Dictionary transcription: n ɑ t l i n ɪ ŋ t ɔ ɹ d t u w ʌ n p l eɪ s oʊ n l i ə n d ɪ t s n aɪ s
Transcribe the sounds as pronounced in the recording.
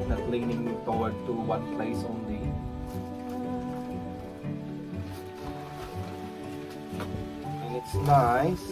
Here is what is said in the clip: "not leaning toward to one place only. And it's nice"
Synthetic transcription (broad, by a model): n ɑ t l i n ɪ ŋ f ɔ w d t u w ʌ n p l eɪ s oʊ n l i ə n ɪ t s n aɪ s